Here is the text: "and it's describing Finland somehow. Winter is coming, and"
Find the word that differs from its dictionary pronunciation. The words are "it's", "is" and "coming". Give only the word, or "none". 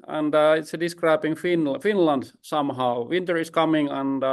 is